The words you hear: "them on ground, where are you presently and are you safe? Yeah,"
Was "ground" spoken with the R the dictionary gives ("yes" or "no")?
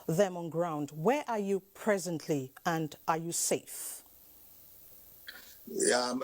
yes